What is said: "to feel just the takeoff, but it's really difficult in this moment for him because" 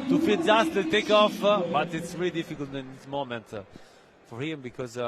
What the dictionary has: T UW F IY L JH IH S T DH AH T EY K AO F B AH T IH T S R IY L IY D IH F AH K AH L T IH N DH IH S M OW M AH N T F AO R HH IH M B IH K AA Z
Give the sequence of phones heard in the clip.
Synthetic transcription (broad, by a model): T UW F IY N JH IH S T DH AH T EY K AO F B AH T IH T S R IY L IY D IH F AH K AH L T IH N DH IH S M OW M AH N T F AO R HH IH M B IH K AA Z